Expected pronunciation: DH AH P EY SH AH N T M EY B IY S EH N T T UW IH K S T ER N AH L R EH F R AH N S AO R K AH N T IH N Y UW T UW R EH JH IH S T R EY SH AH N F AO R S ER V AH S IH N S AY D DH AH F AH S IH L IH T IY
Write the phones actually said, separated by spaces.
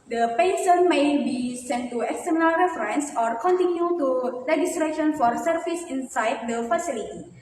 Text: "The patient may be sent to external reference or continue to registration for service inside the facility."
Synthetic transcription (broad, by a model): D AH P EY S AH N M EY B IY S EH N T T UW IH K S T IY N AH L R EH F R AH N S AO R K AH N T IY N Y UW T UW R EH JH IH S T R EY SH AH N F AO R S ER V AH S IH N S AY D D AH F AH S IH L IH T IY